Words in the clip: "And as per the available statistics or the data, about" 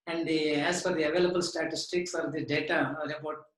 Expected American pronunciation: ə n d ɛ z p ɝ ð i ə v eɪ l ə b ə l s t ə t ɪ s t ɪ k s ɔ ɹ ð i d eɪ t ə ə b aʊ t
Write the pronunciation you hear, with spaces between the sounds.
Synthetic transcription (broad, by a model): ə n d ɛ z f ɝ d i ə v eɪ l ə b ə l s t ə t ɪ s t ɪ k s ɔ ɹ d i d eɪ t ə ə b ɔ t